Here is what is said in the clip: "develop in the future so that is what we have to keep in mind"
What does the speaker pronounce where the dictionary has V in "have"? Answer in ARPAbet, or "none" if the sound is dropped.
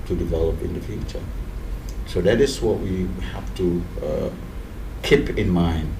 F